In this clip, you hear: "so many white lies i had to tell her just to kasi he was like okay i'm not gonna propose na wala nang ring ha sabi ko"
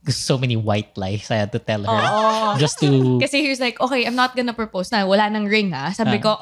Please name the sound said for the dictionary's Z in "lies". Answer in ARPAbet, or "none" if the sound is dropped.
S